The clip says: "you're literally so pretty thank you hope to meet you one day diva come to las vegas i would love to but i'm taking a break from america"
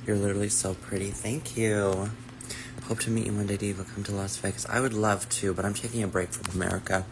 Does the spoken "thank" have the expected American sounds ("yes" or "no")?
yes